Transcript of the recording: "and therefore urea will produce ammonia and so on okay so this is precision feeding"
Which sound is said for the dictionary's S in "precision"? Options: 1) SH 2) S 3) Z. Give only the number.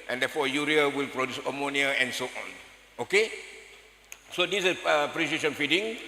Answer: 1